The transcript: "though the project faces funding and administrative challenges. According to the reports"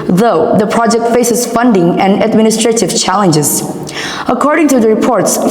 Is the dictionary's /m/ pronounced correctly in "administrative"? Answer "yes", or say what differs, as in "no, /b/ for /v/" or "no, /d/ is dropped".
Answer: yes